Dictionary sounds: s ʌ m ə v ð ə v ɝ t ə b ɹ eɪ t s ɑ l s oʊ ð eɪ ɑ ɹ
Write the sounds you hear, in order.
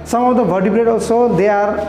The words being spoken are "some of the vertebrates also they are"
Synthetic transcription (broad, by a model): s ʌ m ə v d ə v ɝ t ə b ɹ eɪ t ɑ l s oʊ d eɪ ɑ ɹ